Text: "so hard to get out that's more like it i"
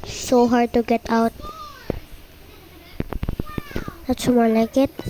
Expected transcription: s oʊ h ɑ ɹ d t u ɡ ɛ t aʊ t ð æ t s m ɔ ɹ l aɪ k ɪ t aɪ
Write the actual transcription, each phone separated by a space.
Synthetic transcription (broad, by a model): s oʊ h ɑ ɹ d t u ɡ ɛ t aʊ t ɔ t ʃ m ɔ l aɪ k ɪ t